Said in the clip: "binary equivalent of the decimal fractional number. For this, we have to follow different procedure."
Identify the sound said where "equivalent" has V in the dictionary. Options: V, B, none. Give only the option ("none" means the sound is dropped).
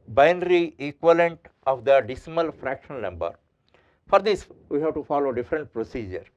none